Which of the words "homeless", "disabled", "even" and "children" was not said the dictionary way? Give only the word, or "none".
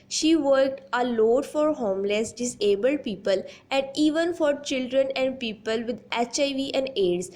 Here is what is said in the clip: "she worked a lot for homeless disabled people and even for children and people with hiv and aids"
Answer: none